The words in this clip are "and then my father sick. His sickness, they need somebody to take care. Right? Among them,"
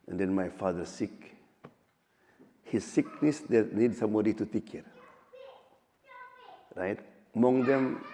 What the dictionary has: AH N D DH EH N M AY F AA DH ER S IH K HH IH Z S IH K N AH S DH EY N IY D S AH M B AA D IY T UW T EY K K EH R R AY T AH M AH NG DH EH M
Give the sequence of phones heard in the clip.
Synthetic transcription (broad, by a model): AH N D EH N M AY F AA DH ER S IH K HH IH S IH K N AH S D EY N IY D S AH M AA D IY T UW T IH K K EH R R AY T M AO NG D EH M